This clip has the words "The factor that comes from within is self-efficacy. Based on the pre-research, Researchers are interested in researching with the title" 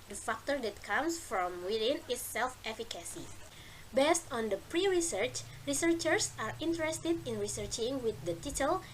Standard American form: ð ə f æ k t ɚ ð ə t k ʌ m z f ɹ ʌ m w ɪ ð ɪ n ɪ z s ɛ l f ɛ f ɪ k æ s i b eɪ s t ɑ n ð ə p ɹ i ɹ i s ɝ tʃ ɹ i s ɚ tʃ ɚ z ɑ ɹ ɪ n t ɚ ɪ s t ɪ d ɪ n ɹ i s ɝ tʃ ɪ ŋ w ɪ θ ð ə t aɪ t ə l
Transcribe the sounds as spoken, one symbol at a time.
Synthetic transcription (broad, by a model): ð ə f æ k t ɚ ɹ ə t k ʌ m s f ɹ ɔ m w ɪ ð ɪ n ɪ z s ɛ l f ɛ f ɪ k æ s i b eɪ s t ɑ n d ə p ɹ i ɹ i s ɝ tʃ ɹ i s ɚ tʃ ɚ s ɑ ɹ ɪ n t ɚ ɪ s t ɪ d ɪ n ɹ i s ɝ tʃ ɪ ŋ w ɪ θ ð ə t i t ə l